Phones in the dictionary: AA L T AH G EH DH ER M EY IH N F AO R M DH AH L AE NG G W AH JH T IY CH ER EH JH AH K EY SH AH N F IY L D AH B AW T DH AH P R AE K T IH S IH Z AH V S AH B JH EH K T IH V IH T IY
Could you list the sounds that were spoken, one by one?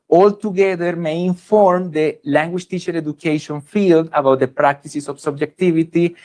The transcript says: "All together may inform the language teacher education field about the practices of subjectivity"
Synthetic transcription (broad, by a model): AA L T AH G EH DH ER M EY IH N F AO R M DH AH L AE NG G W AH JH T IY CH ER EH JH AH K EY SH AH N F IY L D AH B AW T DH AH P R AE K T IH S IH S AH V S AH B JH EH K T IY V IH T IY